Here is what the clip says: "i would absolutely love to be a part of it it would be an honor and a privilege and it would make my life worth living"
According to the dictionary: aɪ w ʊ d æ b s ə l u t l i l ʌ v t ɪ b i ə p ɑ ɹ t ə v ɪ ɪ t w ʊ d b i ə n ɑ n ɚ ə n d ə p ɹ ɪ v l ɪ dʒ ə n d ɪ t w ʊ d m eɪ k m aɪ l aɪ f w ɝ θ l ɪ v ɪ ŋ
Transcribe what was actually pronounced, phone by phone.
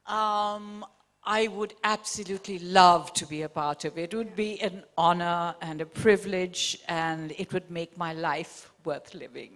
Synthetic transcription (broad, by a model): aɪ w ʊ d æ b s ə l u t l i l ʌ v t ɪ b i ə p ɑ ɹ t ə v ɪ ɪ t w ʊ d b i ə n ɑ n ɚ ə n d ə p ɹ ɪ v l ɪ dʒ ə n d ɪ t w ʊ d m eɪ k m aɪ l aɪ f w ɝ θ l ɪ v ɪ ŋ